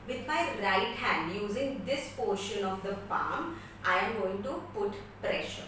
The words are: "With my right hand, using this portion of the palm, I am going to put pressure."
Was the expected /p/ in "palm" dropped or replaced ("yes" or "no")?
yes